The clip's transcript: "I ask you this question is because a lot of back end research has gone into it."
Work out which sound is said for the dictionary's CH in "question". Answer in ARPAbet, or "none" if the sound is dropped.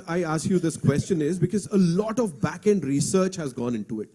CH